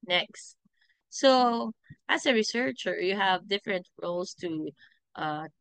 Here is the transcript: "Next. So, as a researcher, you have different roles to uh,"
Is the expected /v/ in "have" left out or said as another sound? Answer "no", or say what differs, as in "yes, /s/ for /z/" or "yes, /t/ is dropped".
no